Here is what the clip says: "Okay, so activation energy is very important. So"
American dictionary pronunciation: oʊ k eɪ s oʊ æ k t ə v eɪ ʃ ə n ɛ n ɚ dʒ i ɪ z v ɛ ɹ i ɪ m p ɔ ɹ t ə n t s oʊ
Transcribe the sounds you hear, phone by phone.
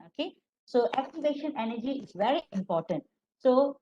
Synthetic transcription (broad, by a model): oʊ k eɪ s oʊ æ k t ə v eɪ ʃ ə n ɛ n ɚ dʒ i ɪ z v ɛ ɹ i ɪ m p ɔ ɹ t ə n t s oʊ